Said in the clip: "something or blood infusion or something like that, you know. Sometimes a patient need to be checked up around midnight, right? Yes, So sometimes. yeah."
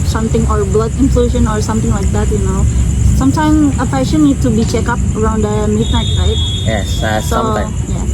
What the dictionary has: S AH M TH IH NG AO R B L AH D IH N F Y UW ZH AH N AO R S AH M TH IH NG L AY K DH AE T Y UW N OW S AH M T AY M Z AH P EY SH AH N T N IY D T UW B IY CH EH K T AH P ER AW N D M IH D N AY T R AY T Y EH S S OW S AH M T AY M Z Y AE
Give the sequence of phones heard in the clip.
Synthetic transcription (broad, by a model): S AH M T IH NG AO R B L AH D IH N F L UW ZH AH N AO R S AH M T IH NG L AY K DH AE T Y UW N OW S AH M T AY M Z AH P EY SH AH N N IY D T UW B IY CH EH K AH P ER AW N D M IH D N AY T R AY T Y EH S S OW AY Y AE